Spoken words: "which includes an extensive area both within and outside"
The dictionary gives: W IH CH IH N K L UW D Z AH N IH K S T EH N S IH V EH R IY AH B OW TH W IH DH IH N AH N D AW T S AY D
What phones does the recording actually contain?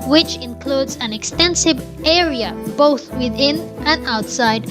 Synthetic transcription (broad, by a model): W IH CH IH N K L UW D Z AH N IH K S T EH N S IH V EH R IY AH B OW TH W IH DH IH N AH N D AW T S AY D